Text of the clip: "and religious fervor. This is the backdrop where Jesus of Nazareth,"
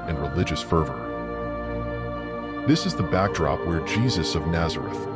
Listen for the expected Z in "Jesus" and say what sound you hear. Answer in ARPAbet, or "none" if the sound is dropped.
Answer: Z